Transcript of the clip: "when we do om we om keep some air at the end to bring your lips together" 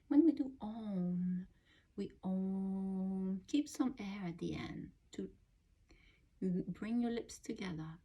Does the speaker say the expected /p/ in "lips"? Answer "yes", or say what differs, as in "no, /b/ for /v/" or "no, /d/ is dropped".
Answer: yes